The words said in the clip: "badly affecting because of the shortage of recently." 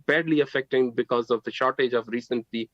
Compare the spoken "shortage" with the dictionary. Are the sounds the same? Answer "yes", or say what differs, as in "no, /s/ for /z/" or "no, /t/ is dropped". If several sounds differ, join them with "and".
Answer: yes